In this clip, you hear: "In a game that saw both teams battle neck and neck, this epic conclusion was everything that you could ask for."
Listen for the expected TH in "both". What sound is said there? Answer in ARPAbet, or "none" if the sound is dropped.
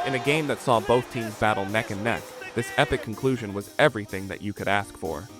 TH